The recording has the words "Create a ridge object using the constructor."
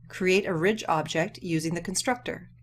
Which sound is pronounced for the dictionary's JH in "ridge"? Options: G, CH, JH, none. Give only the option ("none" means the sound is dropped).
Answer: JH